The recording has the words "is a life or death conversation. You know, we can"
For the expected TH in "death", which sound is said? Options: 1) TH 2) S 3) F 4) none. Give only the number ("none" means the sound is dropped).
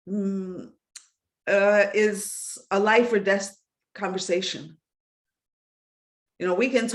2